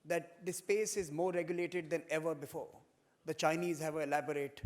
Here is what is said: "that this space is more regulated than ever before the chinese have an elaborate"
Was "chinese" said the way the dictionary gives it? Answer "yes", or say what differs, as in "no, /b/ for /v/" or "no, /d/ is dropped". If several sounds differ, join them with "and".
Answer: yes